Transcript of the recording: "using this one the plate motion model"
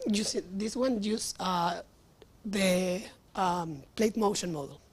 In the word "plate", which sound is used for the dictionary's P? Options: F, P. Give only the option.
P